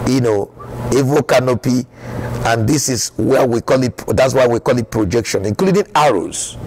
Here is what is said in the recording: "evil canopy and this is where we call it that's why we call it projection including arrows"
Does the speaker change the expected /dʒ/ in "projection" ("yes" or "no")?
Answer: no